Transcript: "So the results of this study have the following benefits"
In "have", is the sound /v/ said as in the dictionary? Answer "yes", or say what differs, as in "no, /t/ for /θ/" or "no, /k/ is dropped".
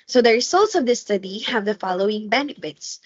yes